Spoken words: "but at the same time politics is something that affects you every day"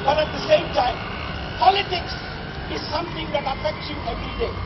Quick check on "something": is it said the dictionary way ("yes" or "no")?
no